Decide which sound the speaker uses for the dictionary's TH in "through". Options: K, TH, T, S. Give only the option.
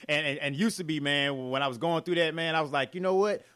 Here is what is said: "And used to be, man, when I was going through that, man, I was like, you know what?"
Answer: TH